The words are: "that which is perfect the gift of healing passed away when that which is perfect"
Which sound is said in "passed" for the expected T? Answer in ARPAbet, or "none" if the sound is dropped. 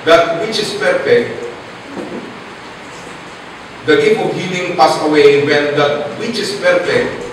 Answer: none